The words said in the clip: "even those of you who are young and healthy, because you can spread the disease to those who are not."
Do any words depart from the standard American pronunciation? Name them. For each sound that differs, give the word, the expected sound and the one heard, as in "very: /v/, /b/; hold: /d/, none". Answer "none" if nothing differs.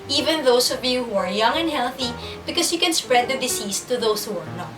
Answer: those: /z/, /s/; because: /z/, /s/; disease: /z/, /s/; disease: /z/, /s/; those: /z/, /s/